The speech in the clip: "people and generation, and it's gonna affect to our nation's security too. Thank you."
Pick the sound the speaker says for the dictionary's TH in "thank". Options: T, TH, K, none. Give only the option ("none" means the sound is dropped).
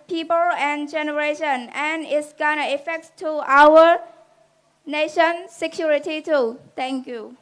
T